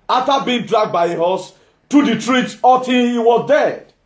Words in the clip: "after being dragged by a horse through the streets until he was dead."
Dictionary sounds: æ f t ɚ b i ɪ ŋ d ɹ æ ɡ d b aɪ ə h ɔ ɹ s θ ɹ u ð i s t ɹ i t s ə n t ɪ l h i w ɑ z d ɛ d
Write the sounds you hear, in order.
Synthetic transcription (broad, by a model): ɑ f t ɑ b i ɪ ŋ d ɹ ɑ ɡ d b aɪ ə h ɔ s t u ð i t ɹ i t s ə t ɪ n h i w ɑ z d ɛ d